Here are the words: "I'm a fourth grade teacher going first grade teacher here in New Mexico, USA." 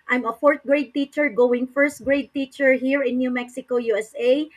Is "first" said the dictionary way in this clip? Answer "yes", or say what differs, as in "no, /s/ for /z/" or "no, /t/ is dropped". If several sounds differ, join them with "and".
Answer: yes